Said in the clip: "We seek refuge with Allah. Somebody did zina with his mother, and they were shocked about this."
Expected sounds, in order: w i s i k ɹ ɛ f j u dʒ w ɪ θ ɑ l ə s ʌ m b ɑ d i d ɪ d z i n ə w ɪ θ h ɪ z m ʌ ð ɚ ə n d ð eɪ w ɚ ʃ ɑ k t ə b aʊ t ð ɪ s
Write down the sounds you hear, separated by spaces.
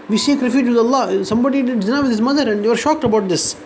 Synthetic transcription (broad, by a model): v i s i k ɹ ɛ f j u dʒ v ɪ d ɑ l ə s ʌ m b ɑ d i d ɪ d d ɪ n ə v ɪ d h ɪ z m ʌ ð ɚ ə n d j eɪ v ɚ ʃ ɑ k t ə b aʊ t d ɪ s